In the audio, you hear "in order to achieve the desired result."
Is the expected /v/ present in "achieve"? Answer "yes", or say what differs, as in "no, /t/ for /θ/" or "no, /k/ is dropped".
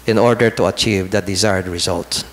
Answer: yes